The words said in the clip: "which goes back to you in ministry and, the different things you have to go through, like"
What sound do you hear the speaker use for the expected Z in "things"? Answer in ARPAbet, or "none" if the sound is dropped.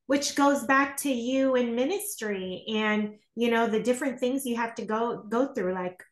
Z